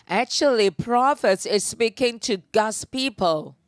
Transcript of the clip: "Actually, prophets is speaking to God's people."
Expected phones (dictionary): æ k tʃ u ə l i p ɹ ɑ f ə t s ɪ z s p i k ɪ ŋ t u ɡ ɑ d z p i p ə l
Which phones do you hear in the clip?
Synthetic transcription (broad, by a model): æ k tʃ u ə l i p ɹ ɑ f ə t s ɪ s s p i k ɪ ŋ t u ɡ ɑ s p i p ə l